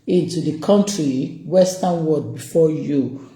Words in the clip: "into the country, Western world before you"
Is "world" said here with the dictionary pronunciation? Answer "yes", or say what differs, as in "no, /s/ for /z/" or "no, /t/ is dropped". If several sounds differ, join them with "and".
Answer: no, /l/ is dropped